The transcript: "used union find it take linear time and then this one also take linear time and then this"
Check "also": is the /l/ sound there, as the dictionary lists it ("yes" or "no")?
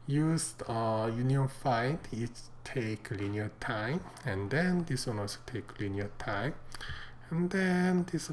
no